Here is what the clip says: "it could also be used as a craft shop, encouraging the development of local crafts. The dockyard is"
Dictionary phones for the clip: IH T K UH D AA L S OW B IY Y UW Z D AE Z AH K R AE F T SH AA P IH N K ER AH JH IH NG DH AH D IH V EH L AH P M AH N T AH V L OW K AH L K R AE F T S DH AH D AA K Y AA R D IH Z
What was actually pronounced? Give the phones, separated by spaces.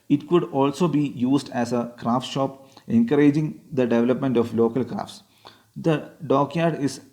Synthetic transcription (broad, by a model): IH T K UH D AA L S OW B IY Y UW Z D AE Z AH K R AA F T SH AA P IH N K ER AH JH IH NG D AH D IH V EH L AH P M AH N T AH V L OW K AH L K R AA F T S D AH D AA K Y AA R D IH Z